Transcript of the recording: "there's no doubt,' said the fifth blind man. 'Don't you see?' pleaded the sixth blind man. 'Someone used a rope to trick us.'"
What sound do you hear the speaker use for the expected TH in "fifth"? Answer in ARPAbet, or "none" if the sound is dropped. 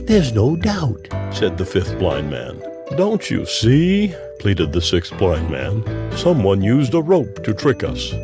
TH